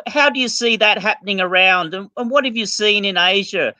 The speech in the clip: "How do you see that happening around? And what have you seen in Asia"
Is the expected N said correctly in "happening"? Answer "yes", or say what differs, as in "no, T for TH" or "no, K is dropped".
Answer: yes